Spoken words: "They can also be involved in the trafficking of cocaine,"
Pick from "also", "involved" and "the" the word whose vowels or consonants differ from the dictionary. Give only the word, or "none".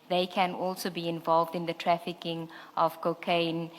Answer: none